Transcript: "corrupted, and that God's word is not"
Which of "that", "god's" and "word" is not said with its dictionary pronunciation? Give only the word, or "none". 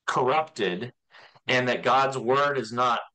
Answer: none